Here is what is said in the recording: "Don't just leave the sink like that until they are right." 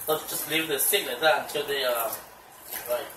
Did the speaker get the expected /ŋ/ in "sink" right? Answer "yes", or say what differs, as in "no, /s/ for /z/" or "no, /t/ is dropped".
no, /ŋ/ is dropped